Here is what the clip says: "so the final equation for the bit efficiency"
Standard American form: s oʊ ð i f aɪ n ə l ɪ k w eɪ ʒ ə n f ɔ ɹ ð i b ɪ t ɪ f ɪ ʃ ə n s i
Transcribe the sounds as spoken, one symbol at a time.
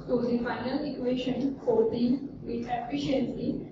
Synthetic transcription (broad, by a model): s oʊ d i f aɪ n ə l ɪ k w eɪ ʃ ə n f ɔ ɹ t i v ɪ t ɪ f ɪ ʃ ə n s i